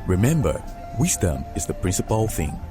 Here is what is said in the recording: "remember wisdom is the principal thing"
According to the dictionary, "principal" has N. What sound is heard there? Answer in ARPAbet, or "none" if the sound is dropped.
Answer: N